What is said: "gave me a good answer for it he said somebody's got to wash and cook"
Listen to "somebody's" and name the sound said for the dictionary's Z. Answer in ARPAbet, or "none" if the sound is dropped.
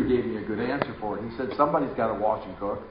Z